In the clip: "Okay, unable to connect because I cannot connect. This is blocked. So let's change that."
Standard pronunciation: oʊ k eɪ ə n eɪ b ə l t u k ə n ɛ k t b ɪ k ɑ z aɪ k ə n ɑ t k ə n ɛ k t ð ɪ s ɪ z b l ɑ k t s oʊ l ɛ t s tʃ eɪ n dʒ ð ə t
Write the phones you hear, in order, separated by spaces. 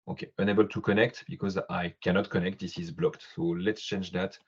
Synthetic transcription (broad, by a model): oʊ k eɪ ə n eɪ b ə l t u k ə n ɛ k t b ɪ k ɑ z aɪ k ə n ɑ t k ə n ɛ k t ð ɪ s ɪ z b l ɑ k t s oʊ l ɛ t s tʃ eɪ n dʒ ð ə t